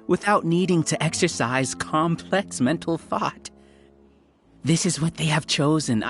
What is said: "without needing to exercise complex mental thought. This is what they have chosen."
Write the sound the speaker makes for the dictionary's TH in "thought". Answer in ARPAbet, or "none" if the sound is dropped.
TH